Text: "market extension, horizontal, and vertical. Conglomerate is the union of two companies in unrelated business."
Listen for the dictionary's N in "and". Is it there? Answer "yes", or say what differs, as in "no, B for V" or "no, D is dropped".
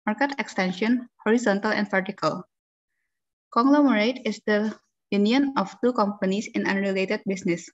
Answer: yes